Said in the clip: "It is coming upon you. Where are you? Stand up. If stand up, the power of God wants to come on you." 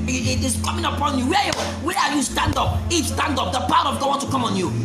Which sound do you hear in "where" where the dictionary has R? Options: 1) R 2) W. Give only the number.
2